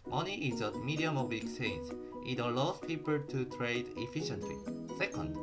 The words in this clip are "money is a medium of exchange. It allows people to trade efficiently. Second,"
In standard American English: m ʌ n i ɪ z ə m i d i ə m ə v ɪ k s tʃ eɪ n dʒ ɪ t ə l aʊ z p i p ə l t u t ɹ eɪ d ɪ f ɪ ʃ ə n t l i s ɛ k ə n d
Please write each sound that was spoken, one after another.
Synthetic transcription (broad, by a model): m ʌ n i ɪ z ə m i d i ə m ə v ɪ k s eɪ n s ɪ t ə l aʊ s p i p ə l t u t ɹ eɪ d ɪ f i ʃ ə n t l i s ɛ k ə n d